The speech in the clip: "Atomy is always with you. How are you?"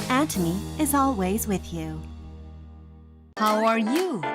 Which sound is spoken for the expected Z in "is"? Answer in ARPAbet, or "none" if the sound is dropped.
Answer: Z